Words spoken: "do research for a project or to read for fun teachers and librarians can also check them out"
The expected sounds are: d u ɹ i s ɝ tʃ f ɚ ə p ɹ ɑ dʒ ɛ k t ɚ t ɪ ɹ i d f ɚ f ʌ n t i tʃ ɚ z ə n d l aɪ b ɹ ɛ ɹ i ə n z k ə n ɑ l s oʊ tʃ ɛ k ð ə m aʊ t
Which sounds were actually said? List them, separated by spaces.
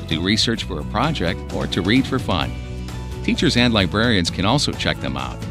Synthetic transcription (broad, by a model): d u ɹ i s ɝ tʃ f ɚ ə p ɹ ɑ dʒ ɛ k t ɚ t ɪ ɹ i d f ɚ f ʌ n t i tʃ ɚ z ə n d l aɪ b ɹ ɛ ɹ i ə n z k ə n ɑ l s oʊ tʃ ɛ k ð ə m aʊ t